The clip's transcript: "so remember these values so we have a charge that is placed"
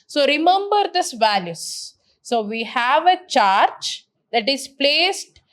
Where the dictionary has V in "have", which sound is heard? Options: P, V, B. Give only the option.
V